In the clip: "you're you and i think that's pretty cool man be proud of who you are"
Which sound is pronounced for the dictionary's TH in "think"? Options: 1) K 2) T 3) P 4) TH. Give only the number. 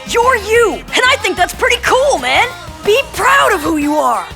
4